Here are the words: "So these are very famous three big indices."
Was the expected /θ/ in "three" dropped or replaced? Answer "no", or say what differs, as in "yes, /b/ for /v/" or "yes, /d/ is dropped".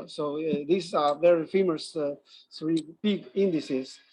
yes, /s/ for /θ/